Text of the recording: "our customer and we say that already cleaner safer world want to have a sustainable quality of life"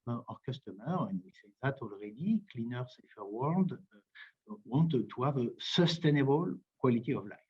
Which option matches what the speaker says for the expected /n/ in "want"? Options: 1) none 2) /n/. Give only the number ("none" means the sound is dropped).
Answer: 1